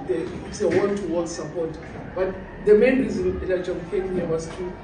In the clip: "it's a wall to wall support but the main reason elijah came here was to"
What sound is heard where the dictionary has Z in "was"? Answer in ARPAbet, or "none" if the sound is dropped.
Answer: S